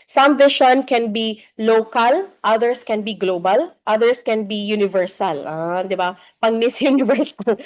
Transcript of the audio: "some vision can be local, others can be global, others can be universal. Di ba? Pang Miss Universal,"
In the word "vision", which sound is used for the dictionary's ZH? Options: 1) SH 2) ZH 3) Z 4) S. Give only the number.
1